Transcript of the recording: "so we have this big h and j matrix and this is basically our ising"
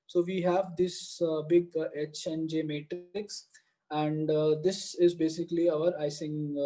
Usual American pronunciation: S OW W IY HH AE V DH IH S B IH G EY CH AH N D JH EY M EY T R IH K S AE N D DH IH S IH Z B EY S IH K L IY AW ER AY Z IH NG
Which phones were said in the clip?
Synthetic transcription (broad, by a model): S OW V IY HH AE V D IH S B IH G EY CH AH N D JH EY M EY T R IH K S AE N D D IH S IH Z B EY S IH K L IY AW ER AY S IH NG